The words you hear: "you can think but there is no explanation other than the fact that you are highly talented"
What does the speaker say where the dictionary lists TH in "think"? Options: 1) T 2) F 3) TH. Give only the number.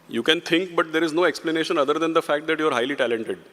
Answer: 1